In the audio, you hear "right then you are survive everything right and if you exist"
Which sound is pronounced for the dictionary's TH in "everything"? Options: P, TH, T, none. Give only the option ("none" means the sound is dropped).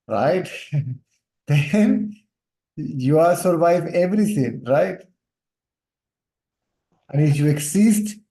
T